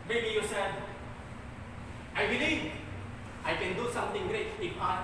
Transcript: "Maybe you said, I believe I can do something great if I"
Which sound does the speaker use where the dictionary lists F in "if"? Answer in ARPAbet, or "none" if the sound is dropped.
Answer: P